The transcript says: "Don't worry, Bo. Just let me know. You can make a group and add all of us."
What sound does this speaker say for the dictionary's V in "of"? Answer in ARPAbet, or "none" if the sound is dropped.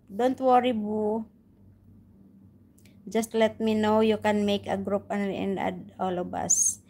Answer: B